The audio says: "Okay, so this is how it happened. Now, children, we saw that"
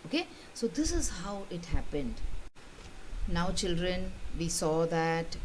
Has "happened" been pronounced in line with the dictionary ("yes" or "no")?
yes